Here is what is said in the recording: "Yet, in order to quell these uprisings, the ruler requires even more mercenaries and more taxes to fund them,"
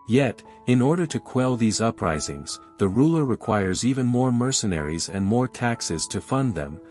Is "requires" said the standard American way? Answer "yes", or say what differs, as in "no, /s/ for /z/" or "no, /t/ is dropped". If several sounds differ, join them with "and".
yes